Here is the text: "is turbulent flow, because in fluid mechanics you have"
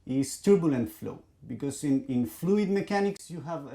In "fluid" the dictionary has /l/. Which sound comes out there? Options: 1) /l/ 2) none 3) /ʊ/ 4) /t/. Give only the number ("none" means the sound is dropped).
1